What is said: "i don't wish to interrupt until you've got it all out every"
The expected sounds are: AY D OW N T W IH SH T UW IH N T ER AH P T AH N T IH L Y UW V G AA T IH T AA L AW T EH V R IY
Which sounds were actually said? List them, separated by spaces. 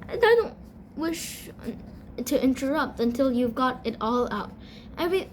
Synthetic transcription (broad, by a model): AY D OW N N W IH SH T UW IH N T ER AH P T AH N T IH L Y UW V G AA T IH T AA L AW T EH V R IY